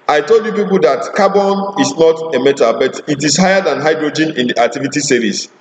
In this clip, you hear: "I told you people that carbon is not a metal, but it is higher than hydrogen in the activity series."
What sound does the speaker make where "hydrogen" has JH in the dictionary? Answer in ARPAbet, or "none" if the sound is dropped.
JH